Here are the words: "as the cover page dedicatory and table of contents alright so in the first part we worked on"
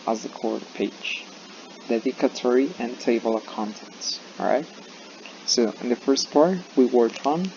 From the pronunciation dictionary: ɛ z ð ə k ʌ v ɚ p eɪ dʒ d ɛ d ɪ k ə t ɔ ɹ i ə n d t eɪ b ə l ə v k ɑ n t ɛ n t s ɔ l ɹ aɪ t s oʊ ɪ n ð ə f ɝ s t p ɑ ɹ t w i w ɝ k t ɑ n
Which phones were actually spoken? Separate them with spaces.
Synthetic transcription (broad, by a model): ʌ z ð ə k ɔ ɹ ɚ p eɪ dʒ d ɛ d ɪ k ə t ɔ ɹ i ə n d t eɪ b ə l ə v k ɑ n t ɛ n t s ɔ ɹ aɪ t s oʊ ɪ n ð ə f ɝ s t p ɑ ɹ t w i w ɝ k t n